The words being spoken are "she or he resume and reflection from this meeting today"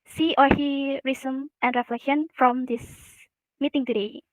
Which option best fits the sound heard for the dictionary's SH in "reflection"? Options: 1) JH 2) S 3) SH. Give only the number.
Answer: 3